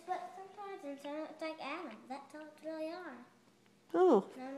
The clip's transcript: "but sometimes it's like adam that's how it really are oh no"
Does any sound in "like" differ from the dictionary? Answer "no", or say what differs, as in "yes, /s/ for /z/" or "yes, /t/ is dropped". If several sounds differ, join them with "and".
no